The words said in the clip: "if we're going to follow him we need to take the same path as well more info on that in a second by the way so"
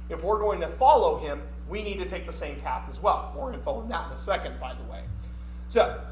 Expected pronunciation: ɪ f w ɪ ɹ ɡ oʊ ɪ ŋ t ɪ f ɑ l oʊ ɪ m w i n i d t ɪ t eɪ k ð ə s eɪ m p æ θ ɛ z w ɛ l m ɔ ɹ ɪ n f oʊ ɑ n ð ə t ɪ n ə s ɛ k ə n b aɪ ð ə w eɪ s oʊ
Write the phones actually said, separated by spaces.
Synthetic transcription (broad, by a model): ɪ f w ɪ ɹ ɡ oʊ ɪ ŋ t ɪ f ɑ l oʊ ɪ m w i n i d t ɪ t eɪ k ð ə s eɪ m p æ θ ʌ z w ɛ l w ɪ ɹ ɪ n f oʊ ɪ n ð ə t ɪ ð ə s ɛ k ə n b aɪ ð ə w eɪ s oʊ